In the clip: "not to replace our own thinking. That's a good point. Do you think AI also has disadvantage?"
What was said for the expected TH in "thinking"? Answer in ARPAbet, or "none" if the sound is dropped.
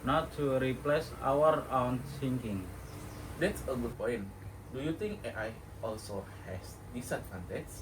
S